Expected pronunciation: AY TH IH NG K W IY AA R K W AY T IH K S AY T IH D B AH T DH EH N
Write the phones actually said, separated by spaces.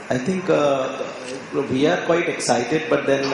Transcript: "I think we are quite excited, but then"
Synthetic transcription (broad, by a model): AY T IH NG K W IY AA R K W AY T IH K S AY T IH D B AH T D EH N